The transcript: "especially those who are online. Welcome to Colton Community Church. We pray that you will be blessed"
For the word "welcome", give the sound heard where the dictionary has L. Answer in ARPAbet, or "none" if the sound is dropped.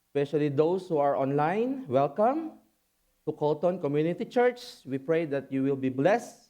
L